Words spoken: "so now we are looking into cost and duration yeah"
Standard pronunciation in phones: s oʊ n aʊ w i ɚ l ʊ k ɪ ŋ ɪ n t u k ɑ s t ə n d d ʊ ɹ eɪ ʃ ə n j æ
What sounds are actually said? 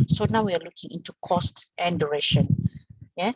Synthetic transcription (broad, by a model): s oʊ n aʊ w i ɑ l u k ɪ ŋ ɪ n t u k ɑ s t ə n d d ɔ ɹ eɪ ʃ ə n j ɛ